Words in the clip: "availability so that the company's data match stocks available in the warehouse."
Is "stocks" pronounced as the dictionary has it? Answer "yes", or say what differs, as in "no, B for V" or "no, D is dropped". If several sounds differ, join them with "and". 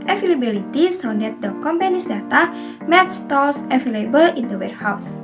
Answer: no, K is dropped